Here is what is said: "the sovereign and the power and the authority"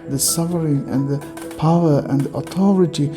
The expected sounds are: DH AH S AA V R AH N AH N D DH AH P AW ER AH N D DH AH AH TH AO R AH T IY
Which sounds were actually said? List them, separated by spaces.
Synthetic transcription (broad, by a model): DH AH S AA F R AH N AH N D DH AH P AW ER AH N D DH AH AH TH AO R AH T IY